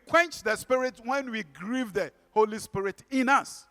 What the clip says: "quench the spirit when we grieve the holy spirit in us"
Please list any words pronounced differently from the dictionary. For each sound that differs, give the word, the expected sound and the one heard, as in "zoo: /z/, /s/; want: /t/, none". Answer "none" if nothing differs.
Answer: none